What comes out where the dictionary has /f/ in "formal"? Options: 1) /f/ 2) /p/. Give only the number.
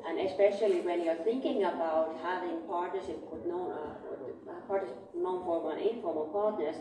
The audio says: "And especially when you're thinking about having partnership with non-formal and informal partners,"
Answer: 2